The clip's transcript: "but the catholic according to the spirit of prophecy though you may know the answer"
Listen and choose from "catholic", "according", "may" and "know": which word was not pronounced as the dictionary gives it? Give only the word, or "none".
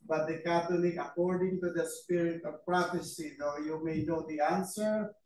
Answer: catholic